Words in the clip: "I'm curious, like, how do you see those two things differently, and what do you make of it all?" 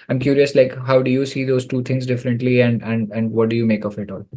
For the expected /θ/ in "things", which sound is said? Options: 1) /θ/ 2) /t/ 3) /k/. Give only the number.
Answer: 2